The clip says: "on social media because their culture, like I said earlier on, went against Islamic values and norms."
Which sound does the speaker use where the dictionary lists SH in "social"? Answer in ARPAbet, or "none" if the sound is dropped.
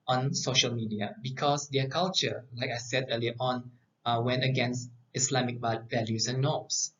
SH